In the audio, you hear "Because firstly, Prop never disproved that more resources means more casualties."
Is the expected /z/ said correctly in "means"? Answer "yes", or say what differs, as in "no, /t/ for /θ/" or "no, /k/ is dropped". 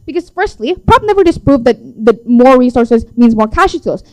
yes